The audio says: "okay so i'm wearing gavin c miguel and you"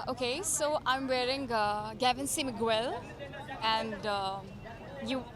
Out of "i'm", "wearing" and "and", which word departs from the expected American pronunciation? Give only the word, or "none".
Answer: none